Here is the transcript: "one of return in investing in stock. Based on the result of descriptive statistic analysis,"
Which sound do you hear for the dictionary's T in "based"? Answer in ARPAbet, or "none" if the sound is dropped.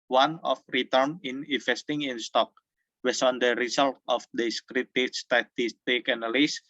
none